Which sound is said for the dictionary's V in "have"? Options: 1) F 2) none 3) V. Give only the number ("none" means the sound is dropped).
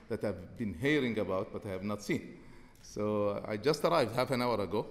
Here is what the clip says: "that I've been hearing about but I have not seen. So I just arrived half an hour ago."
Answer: 3